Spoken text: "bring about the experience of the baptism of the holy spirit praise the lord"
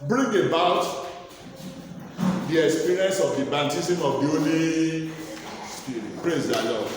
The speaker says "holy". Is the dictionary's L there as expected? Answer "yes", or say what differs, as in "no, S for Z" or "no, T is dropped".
no, N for L